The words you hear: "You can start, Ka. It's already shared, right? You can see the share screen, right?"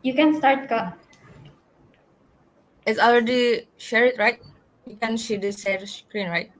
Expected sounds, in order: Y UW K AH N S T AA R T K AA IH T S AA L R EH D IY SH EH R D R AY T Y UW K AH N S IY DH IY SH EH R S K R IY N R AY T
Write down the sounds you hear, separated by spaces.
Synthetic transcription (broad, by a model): Y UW K AH N S T AA R T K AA IH T S AA L R EH D IY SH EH R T R AY T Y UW K AH N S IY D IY S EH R S K R IY N R AY T